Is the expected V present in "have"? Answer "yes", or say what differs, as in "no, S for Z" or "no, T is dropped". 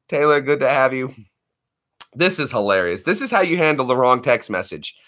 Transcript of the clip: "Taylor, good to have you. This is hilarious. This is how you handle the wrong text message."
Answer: yes